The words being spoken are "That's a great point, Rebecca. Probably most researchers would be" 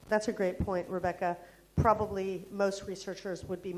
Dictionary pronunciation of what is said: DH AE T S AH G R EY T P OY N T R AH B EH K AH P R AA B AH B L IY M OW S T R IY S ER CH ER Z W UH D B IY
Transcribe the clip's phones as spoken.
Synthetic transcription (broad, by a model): DH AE T S AH G R EY T P OY N T R AH B EH K AH P R AA B AH B L IY M OW S T R IY S ER CH ER Z W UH D B IY